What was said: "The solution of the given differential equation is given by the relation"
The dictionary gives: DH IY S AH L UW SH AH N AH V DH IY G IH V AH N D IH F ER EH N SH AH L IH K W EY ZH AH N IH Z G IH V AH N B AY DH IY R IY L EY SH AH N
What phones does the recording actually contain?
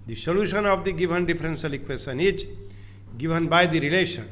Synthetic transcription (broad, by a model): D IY S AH L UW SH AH N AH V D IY G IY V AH N D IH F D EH N S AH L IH K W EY S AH N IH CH G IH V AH N B AY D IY R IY L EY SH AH N